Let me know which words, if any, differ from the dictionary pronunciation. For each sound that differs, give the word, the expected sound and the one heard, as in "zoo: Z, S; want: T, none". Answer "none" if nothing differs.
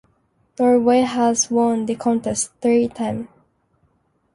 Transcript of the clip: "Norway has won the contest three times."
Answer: times: Z, none